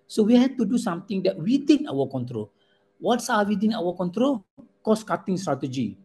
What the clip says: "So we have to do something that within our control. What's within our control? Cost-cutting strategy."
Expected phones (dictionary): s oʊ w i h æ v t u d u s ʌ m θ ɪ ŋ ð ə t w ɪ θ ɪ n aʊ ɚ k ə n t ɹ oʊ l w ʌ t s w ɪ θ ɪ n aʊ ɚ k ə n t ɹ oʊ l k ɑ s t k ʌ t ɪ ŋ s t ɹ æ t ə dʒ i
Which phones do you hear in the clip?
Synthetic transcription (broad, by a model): s oʊ w i h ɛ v t u d u s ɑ m t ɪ ŋ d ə t w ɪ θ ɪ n aʊ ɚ k ə n t ɹ oʊ l w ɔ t s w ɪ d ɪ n aʊ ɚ k ə n t ɹ oʊ l k ɑ s k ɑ t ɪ ŋ s t ɹ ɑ t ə dʒ i